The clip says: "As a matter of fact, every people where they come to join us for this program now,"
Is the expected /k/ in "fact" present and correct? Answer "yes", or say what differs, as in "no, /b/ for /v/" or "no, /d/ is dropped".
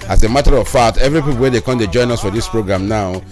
no, /k/ is dropped